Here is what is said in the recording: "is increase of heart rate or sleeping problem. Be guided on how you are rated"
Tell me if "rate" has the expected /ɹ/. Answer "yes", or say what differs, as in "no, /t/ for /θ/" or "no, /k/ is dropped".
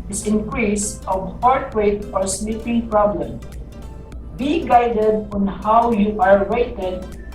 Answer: no, /w/ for /ɹ/